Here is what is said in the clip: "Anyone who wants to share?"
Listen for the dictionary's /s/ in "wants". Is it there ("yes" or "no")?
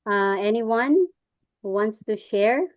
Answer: yes